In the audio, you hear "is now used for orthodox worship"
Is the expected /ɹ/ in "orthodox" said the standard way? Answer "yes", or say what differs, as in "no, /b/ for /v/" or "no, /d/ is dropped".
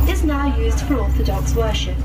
no, /l/ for /ɹ/